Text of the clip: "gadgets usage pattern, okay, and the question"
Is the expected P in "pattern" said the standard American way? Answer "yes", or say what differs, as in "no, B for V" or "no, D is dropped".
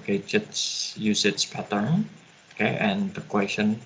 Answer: yes